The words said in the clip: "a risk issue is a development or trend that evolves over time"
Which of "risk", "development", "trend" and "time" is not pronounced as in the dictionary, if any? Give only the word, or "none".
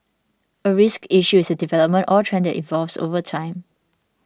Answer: none